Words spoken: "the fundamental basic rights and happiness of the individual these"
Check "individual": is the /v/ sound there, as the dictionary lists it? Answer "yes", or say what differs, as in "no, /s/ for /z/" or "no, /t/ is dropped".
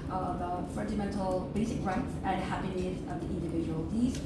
yes